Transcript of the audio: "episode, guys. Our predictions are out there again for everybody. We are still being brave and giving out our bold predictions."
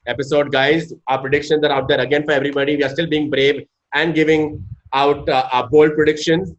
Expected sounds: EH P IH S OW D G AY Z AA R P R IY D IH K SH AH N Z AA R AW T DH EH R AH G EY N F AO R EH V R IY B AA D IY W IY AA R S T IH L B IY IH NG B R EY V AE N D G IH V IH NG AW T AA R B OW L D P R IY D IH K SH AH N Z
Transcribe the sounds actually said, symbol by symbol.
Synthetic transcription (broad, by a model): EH P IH S OW D G AY Z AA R P R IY D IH K SH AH N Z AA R AW T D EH R AH G EY N F AO R EH V R IY B AA D IY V IY AA R S T IH L B IY IH NG B R EY V AE N D G IH V IH NG AW T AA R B OW L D P R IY D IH K SH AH N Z